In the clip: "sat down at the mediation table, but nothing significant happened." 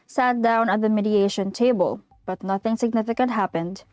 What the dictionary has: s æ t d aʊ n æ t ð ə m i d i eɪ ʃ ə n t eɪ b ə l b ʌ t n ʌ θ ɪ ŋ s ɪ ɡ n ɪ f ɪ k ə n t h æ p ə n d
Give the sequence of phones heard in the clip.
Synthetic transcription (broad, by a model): s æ t d aʊ n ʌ t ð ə m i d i eɪ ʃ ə n t eɪ b ə l b ʌ t n ʌ θ ɪ ŋ s ɪ ɡ n ɪ f ɪ k ə n t h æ p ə n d